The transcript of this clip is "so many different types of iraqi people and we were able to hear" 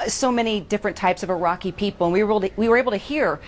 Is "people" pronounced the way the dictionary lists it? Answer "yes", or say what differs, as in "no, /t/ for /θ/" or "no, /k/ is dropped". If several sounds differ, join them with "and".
no, /w/ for /l/